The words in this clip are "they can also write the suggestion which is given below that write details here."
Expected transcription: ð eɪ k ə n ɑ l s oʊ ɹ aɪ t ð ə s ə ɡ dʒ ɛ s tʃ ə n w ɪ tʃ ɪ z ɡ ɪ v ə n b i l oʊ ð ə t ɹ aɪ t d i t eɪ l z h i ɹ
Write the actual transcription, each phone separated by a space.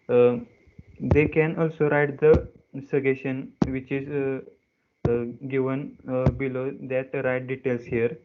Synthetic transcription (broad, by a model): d eɪ k ə n ɑ l s oʊ ɹ aɪ t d ə s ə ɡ ɛ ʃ ə n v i tʃ ɪ z ɡ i v ə n b i l oʊ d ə t ɹ aɪ t d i t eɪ l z h i ɹ